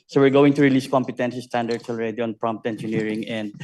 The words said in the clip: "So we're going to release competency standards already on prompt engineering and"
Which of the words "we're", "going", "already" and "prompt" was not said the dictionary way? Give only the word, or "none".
none